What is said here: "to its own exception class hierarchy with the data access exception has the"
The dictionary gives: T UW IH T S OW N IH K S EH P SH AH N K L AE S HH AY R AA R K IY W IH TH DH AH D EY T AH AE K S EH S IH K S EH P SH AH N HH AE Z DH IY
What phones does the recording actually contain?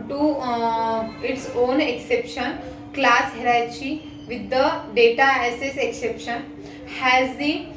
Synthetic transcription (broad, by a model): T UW IH T S OW N IH K S EH P SH AH N K L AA S HH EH R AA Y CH IY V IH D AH D EY T AH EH S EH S IH K S EH P SH AH N HH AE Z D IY